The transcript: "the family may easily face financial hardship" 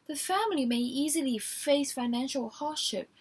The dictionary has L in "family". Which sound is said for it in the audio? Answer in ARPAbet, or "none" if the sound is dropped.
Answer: L